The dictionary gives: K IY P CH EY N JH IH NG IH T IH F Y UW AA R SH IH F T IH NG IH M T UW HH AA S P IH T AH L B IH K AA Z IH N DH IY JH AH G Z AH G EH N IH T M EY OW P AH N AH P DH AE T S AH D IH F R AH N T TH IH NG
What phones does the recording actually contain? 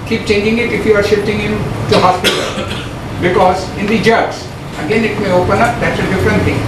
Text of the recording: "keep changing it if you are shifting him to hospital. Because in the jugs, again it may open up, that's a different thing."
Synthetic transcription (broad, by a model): K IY P CH EY N JH IH NG IH T IH F Y UW AA R SH IH F T IH NG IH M T UW HH AA S P IH T AH L B IH K AA Z IH N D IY JH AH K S AH G EH N IH T M EY OW P AH N AH P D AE T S AH D IH F R AH N T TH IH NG